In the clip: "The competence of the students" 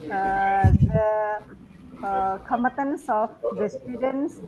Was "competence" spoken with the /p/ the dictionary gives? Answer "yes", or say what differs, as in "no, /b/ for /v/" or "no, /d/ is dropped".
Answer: no, /p/ is dropped